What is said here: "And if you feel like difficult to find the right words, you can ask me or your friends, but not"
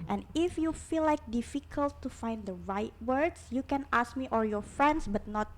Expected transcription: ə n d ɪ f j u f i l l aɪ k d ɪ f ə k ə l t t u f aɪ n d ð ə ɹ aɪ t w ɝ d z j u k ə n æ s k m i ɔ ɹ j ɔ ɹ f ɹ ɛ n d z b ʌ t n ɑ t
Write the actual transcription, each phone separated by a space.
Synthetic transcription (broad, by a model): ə n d ɪ f j u f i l l aɪ k d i f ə k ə l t t u f aɪ n d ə ɹ aɪ t w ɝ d s j u k ə n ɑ s k m i ɔ ɹ j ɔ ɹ f ɹ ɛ n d s b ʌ t n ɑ t